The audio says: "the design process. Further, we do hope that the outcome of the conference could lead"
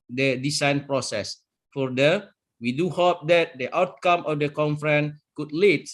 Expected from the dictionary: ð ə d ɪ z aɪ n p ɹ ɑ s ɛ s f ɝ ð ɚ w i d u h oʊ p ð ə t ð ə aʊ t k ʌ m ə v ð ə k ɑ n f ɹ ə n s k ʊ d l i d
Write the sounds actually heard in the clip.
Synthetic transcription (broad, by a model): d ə d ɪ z aɪ n p ɹ ɑ s ɛ s f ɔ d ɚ w i d u h oʊ p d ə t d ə aʊ t k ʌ m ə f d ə k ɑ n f ɹ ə n k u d l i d